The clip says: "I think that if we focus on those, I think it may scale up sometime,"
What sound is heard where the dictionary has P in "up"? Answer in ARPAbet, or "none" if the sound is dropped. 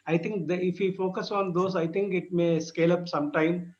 P